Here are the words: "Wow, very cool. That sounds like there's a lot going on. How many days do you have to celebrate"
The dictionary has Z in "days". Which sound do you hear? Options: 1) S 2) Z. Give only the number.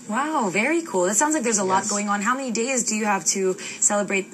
2